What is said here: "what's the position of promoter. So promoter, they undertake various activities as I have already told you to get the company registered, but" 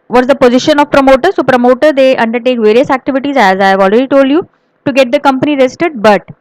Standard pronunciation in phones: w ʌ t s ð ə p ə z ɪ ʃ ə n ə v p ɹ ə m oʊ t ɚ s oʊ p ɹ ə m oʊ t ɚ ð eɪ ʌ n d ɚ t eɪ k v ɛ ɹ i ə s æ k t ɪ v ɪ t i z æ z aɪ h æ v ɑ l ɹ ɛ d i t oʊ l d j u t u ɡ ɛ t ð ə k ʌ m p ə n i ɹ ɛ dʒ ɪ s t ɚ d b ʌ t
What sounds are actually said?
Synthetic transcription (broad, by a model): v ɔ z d ə p ə z ɪ ʃ ə n ə v p ɹ ə m oʊ t ɚ s oʊ p ɹ ə m oʊ t ɚ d eɪ ʌ n d ɚ t eɪ k v ɛ ɹ i ə s æ k t ɪ v ɪ t i z æ z aɪ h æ v ɑ l ɹ ɛ d i t oʊ l d j u t u ɡ ɛ t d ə k ʌ m p ə n i ɹ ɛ ɪ s t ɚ d b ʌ t